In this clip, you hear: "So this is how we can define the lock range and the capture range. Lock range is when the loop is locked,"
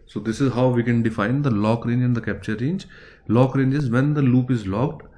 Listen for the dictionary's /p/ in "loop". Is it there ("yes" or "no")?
yes